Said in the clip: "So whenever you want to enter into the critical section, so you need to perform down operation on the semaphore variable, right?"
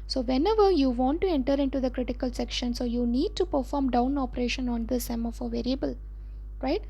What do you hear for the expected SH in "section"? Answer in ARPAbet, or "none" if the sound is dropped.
SH